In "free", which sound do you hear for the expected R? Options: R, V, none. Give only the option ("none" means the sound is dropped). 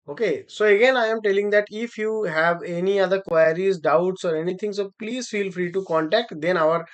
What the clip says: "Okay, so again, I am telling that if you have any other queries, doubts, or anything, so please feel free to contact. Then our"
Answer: R